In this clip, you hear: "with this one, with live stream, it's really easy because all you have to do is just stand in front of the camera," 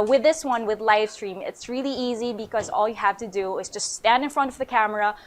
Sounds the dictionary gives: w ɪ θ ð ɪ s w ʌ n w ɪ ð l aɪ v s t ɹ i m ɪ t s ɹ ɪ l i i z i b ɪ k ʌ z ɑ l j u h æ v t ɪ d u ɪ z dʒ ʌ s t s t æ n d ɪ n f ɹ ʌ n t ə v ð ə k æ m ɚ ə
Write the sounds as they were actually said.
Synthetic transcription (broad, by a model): w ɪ ð ɪ s w ʌ n w ɪ ð l aɪ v s t ɹ i m ɪ t s ɹ ɪ l i i z i b ɪ k ʌ z ɑ l j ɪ h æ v t ɪ d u ɪ z dʒ ʌ s t s t æ n d ɪ n f ɹ ʌ n t ə v ð ə k æ m ɚ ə